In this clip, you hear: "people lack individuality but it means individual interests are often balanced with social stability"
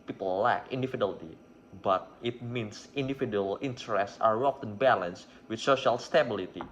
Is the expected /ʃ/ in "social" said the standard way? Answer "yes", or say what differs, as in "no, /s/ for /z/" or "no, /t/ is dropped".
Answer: yes